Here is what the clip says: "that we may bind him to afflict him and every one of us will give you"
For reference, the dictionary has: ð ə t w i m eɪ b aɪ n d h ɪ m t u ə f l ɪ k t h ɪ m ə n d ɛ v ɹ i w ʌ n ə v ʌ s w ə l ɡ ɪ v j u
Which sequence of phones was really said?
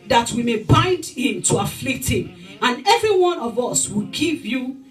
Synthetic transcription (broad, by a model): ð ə t w i m eɪ b aɪ n d h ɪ m t u ə f l ɪ k t h ɪ m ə n ɛ v ɹ i w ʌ n ə v ʌ s w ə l ɡ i v j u